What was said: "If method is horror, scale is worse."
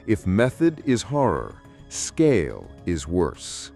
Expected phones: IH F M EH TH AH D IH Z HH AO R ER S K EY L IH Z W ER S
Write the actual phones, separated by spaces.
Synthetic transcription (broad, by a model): IH F M EH TH AH D IH Z HH AO R ER S K EY L IH Z W ER S